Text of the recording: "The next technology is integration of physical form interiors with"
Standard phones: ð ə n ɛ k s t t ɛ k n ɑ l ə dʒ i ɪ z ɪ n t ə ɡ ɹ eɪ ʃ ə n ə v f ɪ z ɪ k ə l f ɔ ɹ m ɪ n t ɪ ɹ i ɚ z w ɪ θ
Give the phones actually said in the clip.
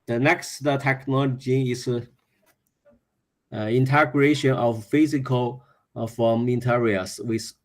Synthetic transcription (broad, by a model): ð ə n ɛ k s t t ɛ k n ɑ l ə dʒ i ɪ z ɪ n t ə ɡ ɹ eɪ ʃ ə n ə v f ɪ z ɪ k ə l f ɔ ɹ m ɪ n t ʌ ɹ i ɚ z w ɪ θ